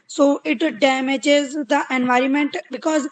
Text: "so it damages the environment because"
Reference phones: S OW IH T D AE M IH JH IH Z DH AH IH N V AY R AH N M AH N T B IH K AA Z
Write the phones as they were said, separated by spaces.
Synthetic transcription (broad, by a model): S OW IH T D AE M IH JH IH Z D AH IH N V AY R AH N M AH N T B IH K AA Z